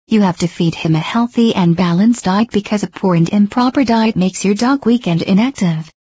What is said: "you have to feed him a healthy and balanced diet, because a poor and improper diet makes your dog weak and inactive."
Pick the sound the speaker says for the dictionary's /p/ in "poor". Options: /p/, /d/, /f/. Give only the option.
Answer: /p/